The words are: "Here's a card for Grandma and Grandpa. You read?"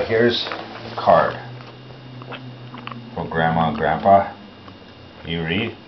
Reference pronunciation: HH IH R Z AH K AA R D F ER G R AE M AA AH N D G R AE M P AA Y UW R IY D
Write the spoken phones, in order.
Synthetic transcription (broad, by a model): HH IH R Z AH K AA R D F ER G R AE M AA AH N G R AE M P AA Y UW R IY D